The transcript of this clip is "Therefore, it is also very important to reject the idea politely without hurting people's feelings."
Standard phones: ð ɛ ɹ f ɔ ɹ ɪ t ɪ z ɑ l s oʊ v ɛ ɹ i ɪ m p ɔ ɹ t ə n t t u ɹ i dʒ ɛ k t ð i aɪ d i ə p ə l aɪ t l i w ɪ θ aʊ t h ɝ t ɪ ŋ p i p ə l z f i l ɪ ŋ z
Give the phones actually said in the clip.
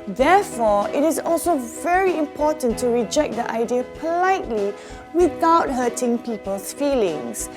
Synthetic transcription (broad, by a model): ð ɛ f ɔ ɪ t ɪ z ɑ l s oʊ v ɛ ɹ i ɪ m p ɔ t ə n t t u ɹ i dʒ ɛ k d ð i aɪ d i ə p ə l aɪ t l i w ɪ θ aʊ t h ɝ t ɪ ŋ p i p ə l s f i l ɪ ŋ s